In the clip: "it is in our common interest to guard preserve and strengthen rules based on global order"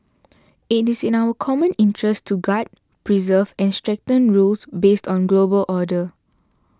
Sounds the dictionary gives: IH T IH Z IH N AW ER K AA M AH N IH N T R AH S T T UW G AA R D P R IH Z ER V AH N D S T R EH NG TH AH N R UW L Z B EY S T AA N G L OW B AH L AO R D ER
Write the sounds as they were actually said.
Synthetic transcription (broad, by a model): IH T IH S IH N AW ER K AA M AH N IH N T R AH S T T UW G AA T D P R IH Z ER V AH N S T R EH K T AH N R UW L S B EY S T AA N G L OW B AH L AO D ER